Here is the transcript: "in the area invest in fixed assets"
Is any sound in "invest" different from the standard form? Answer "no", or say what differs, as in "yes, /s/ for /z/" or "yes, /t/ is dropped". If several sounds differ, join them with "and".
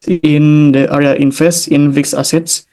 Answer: yes, /f/ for /v/